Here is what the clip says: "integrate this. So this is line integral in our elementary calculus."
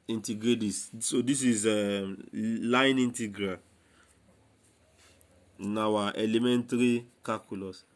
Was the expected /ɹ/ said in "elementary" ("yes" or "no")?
yes